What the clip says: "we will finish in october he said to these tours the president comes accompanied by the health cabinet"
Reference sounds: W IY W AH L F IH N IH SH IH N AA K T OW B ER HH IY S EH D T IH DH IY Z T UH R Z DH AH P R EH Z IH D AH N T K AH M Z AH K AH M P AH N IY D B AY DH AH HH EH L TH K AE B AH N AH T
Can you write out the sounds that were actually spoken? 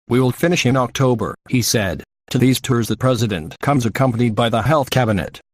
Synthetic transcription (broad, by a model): W IY W AH L F IH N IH SH IH N AA K T OW B ER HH IY S EH D T IH DH IY Z T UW R Z DH AH P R EH Z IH D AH N K AH M Z AH K AH M P AH N IY D B AY DH AH HH EH L TH K AE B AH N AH T